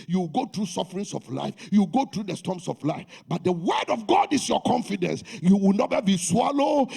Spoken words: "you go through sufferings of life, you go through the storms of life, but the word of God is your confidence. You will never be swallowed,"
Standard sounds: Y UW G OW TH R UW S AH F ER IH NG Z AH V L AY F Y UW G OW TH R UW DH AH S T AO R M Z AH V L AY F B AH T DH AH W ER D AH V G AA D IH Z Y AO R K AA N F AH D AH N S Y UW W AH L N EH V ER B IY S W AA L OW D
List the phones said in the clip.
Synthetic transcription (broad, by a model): Y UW G OW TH R UW S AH F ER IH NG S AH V L AY F Y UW G OW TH R UW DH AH S T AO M S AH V L AY F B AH T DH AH W ER D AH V G AA D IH S Y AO K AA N F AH D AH N S Y UW W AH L N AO ER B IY S W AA L OW